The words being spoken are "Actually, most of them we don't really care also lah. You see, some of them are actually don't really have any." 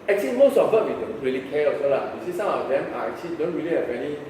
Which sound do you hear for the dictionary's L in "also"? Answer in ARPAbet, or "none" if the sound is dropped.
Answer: none